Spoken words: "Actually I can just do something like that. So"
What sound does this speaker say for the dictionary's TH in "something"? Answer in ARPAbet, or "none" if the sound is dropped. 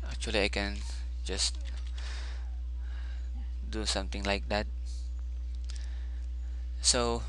T